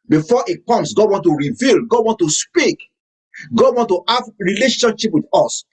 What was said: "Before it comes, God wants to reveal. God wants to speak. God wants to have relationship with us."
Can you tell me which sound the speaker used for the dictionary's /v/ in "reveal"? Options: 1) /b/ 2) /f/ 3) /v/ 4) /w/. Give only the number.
3